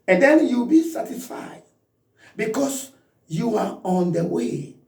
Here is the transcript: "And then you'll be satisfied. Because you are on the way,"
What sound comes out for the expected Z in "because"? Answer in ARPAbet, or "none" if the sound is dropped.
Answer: S